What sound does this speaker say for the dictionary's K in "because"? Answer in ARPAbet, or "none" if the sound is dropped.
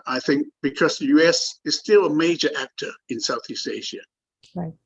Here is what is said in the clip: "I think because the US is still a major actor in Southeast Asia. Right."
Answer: K